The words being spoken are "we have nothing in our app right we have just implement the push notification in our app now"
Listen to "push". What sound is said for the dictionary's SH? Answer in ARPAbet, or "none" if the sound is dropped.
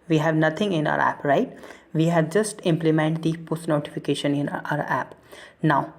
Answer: S